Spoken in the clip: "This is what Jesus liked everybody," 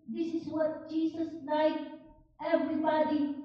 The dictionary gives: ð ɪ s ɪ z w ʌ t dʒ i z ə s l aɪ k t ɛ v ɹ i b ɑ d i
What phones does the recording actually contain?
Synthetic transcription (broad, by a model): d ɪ s ɪ z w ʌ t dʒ i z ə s l aɪ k ɛ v ɹ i b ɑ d i